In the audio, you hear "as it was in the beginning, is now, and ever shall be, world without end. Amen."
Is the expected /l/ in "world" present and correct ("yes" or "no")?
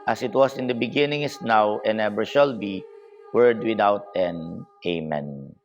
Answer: no